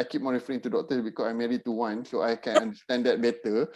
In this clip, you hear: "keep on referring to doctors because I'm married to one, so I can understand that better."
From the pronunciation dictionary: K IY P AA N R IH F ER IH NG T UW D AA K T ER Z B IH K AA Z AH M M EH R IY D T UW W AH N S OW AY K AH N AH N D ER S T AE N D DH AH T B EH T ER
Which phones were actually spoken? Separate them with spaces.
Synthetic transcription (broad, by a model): K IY P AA R IH F ER IH NG T UW D AA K T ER B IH K AA S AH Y M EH R IY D T UW W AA N S OW AY K AH N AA N D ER S T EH N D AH T B EH T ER